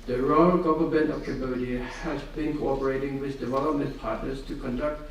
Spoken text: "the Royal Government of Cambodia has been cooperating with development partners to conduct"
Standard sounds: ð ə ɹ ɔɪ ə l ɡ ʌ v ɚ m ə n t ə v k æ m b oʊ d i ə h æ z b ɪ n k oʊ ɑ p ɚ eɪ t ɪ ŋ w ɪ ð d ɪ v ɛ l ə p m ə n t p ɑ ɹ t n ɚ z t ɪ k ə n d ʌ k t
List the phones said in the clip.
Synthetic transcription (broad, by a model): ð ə ɹ ɔɪ ə l ɡ ʌ v ɚ m ə n t ə v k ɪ b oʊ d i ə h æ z b ɪ n k oʊ ɑ p ɚ eɪ t ɪ ŋ w ɪ ð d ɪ v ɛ l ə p m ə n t p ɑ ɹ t n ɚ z t ɪ k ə n d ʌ k t